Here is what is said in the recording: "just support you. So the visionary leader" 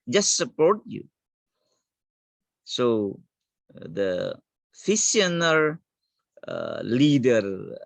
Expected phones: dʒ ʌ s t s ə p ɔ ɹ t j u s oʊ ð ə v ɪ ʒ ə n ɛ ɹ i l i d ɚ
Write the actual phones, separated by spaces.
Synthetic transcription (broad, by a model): dʒ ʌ s t s ə p ɔ ɹ t j u s oʊ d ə f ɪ s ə n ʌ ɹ l i d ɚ